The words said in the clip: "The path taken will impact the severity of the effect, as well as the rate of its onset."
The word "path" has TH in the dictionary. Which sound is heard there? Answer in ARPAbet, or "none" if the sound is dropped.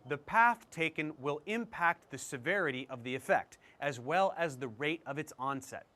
TH